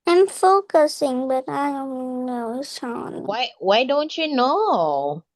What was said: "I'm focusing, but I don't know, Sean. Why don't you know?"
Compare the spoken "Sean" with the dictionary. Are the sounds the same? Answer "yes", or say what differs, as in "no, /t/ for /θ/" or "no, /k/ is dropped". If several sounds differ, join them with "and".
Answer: no, /s/ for /ʃ/